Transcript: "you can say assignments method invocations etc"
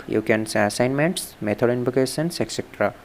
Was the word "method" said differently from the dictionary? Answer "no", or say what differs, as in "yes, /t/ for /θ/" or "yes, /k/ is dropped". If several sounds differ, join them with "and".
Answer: yes, /t/ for /θ/